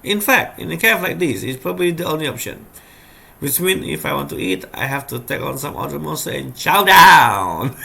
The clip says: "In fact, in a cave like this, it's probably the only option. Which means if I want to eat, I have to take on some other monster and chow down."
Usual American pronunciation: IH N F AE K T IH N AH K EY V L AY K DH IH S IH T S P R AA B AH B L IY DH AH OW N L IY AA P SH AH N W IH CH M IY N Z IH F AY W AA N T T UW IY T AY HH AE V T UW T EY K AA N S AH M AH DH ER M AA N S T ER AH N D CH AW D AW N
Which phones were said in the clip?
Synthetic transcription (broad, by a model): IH N F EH K T IH N AH K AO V L AY K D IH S IH T S P R AA B AH B L IY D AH OW N L IY AA P SH AH N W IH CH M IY N IH F AY W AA N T T UW IY T AY HH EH F T UW T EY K AA N S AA M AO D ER M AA S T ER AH N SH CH AW D AW N